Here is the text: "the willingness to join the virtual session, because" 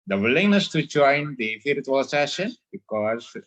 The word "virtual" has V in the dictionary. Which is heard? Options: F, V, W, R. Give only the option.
F